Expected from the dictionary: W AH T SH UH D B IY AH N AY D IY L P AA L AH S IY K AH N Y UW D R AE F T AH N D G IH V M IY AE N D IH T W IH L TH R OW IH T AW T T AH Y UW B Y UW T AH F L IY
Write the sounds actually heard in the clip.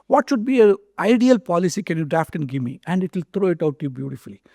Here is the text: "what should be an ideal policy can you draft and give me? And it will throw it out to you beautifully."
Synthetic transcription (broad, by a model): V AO T SH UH D B IY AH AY D IY L P AA L AH S IY K AH N Y UW D R AE F T AH N D G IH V M IY AE N D IH T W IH L T R OW IH T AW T T Y UW B Y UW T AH F L IY